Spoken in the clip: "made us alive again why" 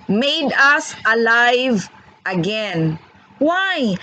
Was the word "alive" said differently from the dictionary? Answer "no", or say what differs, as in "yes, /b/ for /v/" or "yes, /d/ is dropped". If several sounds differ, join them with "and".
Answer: no